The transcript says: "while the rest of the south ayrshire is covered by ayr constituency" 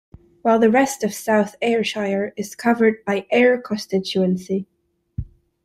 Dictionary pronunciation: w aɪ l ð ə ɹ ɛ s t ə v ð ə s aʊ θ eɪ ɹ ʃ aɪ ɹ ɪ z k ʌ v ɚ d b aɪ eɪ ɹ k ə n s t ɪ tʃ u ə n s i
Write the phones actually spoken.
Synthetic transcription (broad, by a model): w aɪ l ð ə ɹ ɛ s t ə v s aʊ θ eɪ ɹ ʃ aɪ ɹ ɪ z k ʌ v ɚ d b aɪ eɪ ɹ k ə n s t ɪ tʃ u ə n s i